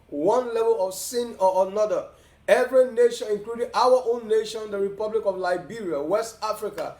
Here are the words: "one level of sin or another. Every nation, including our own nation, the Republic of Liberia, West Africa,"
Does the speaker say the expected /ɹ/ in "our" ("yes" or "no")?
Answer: no